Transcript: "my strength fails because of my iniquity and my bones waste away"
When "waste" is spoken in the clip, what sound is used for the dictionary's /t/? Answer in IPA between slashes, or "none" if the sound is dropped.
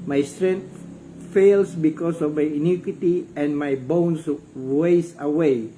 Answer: none